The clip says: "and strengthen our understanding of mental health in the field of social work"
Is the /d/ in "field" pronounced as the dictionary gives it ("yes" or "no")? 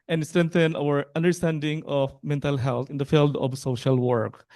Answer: yes